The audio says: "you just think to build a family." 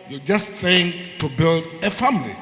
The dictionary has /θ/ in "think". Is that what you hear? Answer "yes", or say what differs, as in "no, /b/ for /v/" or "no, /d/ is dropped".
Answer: no, /s/ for /θ/